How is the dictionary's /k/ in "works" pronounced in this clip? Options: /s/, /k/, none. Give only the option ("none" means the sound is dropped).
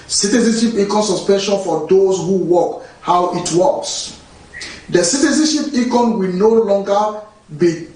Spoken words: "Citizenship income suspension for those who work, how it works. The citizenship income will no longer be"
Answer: none